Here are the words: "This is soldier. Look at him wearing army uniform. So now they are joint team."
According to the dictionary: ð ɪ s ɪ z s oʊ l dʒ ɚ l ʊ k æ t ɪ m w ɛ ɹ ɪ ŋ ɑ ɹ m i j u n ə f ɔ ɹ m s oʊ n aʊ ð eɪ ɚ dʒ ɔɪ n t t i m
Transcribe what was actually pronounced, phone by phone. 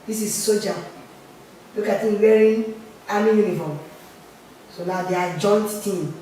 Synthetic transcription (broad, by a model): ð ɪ s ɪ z s oʊ dʒ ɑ l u k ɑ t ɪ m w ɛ ɹ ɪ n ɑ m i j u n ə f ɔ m s oʊ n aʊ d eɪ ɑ dʒ ɔɪ n t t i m